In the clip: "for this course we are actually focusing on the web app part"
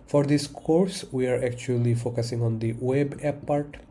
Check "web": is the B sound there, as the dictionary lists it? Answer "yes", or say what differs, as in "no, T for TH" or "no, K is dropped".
yes